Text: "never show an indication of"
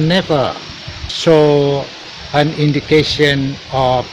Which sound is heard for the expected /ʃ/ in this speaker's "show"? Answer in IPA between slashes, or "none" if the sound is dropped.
/s/